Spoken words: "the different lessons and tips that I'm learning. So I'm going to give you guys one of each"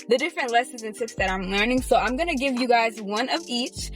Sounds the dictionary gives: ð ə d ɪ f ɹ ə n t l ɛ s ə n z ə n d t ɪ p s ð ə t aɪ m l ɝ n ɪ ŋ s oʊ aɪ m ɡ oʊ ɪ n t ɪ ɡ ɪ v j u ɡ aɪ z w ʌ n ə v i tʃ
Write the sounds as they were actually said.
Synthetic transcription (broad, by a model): ð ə d ɪ f ɹ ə n t l ɛ s ə n z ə n t ɪ p s ð ə t aɪ m l ɝ n ɪ ŋ s oʊ aɪ m ɡ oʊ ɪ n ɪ ɡ ɪ v j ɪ ɡ aɪ z w ʌ n ə v i tʃ